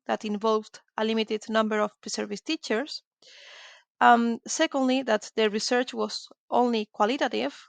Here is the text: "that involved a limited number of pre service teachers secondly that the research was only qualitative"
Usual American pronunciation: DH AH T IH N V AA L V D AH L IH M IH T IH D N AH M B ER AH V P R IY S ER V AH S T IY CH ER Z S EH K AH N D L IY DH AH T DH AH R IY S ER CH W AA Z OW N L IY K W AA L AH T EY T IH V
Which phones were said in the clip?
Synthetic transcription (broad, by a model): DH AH T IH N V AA L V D AH L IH M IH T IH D N AH M B ER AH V P R IY S ER V AH S T IY CH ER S S EH K AH N D L IY DH AH T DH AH R IY S ER CH W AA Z OW N L IY K W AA L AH T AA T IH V